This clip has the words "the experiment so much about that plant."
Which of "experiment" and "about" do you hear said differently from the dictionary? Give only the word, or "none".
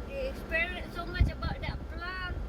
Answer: experiment